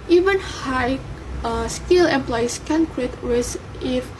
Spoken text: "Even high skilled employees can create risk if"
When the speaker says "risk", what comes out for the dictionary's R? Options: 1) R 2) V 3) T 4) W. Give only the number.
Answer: 4